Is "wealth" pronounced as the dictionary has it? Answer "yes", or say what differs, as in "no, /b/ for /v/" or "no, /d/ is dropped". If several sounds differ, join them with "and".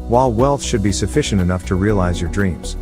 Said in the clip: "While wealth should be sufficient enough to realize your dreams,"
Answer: yes